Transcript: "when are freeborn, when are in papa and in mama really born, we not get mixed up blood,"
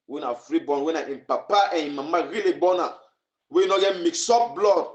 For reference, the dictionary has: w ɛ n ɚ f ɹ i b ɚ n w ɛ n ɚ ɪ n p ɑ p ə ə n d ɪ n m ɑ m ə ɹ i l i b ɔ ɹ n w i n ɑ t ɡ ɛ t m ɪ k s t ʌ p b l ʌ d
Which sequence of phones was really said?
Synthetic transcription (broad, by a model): w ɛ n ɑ f ɹ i b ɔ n w ɛ n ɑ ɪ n p ɑ p ə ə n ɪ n m ɑ m ə ɹ i l i b ɔ n w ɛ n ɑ ɡ ɛ t m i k s ɔ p b l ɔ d